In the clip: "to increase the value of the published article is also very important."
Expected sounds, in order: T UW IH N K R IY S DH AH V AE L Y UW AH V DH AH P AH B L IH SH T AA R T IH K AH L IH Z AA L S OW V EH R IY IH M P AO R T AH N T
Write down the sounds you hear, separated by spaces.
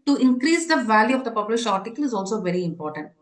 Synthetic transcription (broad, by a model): T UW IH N K R IY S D AH V AE L Y UW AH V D AH P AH B L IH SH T AA R T IH K AH L IH Z AA L S OW V EH R IY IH M P AO R T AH N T